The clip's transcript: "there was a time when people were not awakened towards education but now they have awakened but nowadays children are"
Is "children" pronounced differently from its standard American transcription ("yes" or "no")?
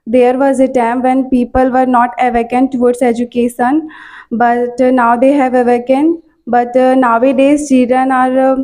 yes